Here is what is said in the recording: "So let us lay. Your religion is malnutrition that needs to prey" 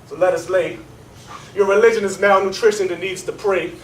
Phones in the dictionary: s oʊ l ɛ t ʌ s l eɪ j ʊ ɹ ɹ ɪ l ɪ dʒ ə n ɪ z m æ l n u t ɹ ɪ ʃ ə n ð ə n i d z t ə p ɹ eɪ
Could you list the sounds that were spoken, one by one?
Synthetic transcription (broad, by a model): s oʊ l ɛ t ʌ s l eɪ j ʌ ɹ ɹ ɪ l ɪ dʒ ə n ɪ z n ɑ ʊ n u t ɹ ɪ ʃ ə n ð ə n i d z t ə p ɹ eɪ